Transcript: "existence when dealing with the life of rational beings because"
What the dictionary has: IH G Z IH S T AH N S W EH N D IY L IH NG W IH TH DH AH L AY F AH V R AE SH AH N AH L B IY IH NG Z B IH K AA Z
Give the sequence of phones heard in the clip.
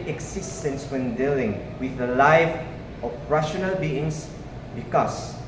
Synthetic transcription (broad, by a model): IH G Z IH S T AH N S W EH N D IY L IH NG W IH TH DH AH L AY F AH P R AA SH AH N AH L B IY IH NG S B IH K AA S